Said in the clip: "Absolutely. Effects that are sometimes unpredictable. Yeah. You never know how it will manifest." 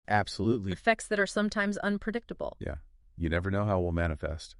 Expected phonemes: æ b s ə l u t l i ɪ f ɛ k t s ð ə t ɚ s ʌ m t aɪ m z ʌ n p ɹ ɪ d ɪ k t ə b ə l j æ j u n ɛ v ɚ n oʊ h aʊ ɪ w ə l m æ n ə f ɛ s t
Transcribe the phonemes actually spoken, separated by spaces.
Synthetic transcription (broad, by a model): æ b s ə l u t l i f ɛ k t s ð ə t ɚ s ʌ m t aɪ m z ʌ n p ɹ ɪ d ɪ k t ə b l j æ j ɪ n ɛ v ɚ n oʊ h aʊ ɪ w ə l m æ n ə f ɛ s t